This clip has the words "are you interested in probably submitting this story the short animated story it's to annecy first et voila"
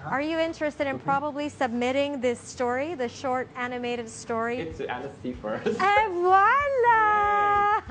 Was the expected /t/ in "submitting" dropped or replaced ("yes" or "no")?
no